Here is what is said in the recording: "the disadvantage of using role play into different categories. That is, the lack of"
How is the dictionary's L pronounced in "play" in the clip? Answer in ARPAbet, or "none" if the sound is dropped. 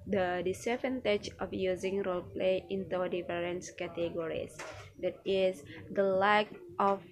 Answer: L